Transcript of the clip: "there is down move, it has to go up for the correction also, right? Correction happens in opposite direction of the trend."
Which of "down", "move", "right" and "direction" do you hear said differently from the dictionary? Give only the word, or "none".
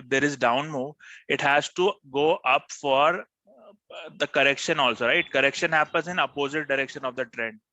move